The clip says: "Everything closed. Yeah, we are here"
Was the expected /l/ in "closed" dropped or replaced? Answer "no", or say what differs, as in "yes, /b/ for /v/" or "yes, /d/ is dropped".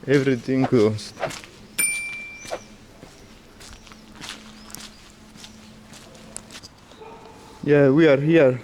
yes, /l/ is dropped